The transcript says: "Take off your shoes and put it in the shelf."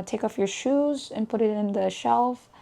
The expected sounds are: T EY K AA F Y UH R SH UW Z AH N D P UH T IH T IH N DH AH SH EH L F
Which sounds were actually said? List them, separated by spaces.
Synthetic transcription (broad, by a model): T EY K AA F Y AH R SH UW Z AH N P UH T IH T IH N DH AH SH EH L F